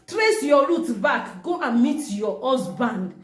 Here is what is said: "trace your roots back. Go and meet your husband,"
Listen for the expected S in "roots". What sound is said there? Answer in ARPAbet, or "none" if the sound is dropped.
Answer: none